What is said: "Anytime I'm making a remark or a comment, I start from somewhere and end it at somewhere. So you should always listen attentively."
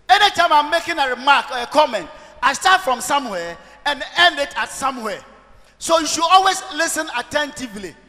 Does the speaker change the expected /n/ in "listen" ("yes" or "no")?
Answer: no